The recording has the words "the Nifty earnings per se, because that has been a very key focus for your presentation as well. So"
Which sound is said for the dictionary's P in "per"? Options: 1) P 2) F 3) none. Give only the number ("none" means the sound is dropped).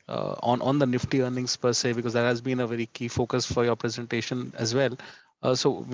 1